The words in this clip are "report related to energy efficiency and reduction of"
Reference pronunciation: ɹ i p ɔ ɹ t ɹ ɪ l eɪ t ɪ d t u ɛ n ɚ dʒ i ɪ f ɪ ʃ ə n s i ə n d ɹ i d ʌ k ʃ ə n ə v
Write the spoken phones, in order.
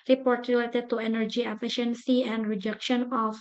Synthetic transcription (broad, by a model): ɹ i p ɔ ɹ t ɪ l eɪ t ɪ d t u ɛ n ɚ dʒ i ɪ f ɪ ʃ ə n s i ə n d ɹ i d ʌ k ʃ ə n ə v